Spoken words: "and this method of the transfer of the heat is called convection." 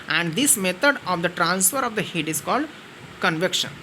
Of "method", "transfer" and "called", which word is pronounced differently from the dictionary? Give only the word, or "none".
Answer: method